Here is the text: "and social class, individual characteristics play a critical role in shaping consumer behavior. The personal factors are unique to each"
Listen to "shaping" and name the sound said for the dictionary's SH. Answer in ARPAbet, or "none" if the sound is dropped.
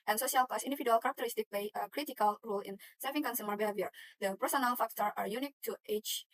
S